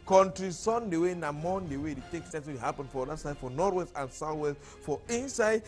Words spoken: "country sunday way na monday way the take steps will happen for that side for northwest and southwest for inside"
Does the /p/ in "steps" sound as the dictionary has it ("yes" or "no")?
no